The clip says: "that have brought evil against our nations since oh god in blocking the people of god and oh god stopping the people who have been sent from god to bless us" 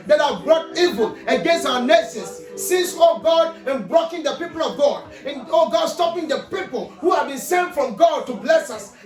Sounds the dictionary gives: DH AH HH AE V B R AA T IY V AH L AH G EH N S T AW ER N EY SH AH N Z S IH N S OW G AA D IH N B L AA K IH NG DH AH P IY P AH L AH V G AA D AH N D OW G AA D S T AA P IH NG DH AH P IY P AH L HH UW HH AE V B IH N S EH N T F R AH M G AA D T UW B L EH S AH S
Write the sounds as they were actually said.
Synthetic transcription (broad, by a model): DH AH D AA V B R AA T IY V AH L AH G EH N S T AW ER N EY S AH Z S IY S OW G AA D IH N B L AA K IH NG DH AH P IY P AH L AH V G AA D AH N OW G AA D S T AA P IH NG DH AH P IY P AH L HH UW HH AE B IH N S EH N F R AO M G AA D T UW B L EH S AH S